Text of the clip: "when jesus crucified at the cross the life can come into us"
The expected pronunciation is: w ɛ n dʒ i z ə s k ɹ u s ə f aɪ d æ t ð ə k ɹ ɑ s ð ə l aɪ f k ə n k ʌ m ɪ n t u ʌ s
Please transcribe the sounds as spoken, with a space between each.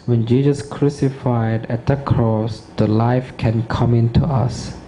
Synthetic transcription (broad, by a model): w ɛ n dʒ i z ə s k ɹ u s ə f aɪ d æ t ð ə k ɹ ɑ s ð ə l aɪ f k ə n k ʌ m ɪ n t u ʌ s